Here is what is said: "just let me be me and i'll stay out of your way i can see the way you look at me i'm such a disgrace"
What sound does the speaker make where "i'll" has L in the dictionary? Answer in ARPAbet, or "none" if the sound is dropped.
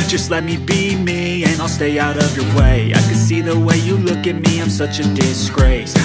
L